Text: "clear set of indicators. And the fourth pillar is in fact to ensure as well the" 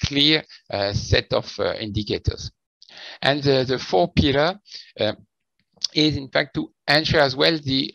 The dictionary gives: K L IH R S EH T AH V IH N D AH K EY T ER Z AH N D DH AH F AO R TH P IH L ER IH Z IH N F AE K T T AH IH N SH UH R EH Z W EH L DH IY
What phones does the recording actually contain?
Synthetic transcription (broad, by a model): K L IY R S EH T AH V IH N D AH K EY T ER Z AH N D DH AH F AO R P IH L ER IH Z IH N F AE K T T AH N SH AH R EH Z W EH L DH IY